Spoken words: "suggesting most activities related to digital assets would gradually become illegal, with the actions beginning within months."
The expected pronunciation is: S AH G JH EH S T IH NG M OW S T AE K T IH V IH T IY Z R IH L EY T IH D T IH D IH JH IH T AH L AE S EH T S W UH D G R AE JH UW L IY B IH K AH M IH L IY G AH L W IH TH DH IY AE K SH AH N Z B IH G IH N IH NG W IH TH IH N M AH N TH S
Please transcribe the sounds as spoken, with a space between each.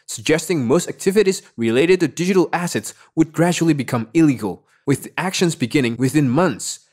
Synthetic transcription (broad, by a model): S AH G JH EH S T IH NG M OW S T AE K T IH V IH T IY Z R IH L EY T IH D T IH D IH JH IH T L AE S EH T S W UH D G R AE JH UW L IY B IH K AH M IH L IY G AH L W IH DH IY AE K SH AH N Z B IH G IH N IH NG W IH TH IH N M AH N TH S